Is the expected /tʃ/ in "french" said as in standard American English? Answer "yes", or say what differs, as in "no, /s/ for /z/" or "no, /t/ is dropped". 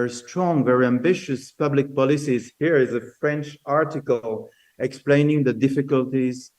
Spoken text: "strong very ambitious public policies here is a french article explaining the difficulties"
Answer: yes